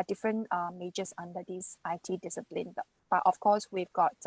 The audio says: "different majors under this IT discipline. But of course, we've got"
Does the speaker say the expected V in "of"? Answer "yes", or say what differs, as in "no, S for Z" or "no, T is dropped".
no, F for V